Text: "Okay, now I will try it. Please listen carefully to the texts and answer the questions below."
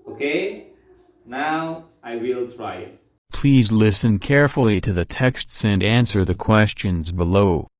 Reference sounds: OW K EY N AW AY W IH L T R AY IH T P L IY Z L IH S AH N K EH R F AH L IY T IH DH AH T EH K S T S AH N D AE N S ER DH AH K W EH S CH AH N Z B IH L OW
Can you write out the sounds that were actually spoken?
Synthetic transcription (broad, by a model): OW K EY N AW AY W IH L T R AY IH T P L IY Z L IH S AH N K EH R F L IY T IH DH AH T EH K S T S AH N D AE N S ER DH AH K W EH S CH AH N Z B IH L OW